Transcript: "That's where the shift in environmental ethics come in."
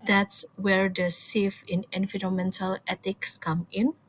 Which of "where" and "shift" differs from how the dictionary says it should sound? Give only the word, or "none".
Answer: shift